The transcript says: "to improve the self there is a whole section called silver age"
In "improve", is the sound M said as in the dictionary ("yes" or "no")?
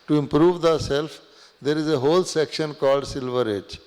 yes